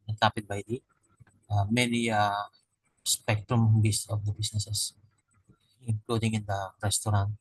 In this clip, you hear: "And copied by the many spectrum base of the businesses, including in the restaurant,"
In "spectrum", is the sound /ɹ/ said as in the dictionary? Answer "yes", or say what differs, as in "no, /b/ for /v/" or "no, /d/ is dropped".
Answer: yes